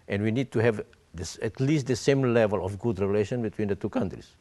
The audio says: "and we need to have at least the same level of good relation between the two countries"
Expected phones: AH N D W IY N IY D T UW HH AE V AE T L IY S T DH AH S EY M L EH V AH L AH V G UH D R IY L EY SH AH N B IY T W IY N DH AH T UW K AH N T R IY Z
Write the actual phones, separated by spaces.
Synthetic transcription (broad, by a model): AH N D W IY N IY D T UW HH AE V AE T L IY S T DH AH S EY M L EH V AH L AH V G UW D R IY L EY SH AH N B IY T W IY N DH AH T UW K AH N T R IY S